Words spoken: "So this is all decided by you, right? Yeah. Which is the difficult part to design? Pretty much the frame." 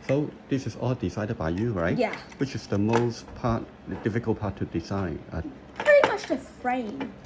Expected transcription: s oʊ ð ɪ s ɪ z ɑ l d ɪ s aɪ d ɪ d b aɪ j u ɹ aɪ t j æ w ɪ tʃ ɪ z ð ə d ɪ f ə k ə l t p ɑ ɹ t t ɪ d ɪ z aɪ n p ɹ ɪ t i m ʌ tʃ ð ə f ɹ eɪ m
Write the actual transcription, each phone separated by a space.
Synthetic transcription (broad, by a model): s oʊ ð ɪ s ɪ z ɑ l d ɪ s aɪ d ɪ d b aɪ j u ɹ aɪ t j æ w ɪ tʃ ɪ z ð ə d ɪ f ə k l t p ɑ ɹ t t ɪ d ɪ s aɪ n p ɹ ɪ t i m ʌ tʃ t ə f ɹ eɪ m